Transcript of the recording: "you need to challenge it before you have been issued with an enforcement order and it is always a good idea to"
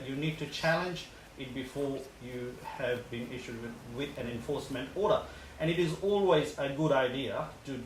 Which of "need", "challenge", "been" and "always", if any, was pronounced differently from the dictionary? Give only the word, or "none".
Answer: none